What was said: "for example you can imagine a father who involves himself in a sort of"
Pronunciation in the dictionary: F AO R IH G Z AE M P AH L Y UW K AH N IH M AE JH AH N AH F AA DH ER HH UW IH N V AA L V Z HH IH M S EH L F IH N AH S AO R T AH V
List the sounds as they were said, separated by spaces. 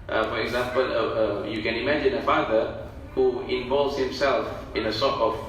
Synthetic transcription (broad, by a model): F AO R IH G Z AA M P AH L Y UW K AH N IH M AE JH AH N AH F AA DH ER HH UW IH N V AA L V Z HH IH M S EH L F IH N AH S AO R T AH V